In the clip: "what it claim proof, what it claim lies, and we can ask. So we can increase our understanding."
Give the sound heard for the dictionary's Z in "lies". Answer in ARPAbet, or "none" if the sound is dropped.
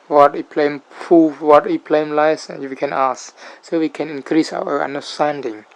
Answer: none